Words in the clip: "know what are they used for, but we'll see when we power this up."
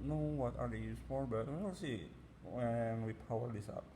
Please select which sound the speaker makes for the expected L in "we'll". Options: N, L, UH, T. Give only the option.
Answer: N